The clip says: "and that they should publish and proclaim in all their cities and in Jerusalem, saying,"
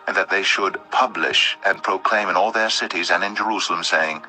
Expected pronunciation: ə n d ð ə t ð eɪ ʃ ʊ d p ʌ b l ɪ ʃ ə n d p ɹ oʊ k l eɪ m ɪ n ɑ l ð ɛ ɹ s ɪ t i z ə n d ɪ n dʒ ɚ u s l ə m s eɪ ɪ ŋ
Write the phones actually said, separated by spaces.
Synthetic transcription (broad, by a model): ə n ð ə t ð eɪ ʃ ʊ d p ʌ b l ɪ ʃ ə n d p ɹ oʊ k l eɪ m ɪ n ɑ l ð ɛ ɹ s ɪ t i z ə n ɪ n dʒ ɚ u s l ə m s eɪ ɪ ŋ